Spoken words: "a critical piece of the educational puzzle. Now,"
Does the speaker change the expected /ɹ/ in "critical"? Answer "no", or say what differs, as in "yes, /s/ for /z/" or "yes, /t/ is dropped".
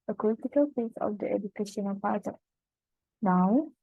yes, /l/ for /ɹ/